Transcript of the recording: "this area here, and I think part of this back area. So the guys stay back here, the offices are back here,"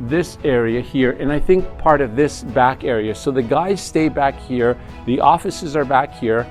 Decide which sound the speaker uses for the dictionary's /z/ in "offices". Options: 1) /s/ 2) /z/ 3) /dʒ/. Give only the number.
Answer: 2